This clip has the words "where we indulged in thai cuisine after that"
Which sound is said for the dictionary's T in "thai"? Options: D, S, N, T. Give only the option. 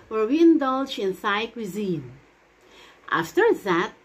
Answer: S